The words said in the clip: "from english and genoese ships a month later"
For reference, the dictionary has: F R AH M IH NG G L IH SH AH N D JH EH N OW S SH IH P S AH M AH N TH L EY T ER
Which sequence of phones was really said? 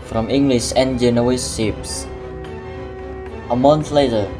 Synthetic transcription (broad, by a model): F R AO M IH NG G L IH SH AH N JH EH N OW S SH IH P S AH M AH N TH L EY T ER